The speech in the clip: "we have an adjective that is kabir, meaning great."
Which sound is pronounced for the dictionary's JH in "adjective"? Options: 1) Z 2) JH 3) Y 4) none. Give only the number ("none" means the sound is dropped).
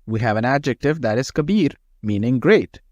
2